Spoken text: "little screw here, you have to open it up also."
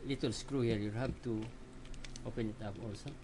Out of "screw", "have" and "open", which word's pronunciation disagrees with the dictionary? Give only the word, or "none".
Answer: have